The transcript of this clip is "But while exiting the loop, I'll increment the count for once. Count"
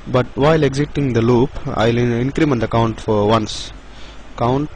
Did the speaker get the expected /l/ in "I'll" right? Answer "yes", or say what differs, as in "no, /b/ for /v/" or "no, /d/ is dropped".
yes